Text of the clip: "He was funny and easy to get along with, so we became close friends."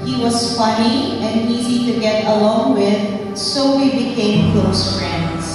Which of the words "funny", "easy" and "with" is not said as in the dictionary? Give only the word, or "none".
funny